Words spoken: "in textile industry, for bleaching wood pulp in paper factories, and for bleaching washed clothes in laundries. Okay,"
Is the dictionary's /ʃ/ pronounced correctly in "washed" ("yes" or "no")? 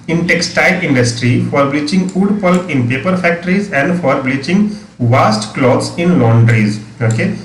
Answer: no